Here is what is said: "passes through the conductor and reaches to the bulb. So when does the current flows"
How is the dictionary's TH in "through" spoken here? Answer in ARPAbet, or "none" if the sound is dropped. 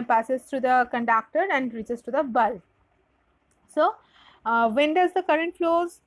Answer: T